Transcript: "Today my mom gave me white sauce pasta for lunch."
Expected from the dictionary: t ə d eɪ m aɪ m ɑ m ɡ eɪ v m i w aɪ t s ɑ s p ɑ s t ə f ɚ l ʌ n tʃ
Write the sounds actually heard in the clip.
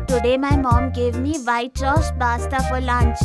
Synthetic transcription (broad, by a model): t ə d eɪ m aɪ m ɑ m ɡ eɪ v m i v aɪ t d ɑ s b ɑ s t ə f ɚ l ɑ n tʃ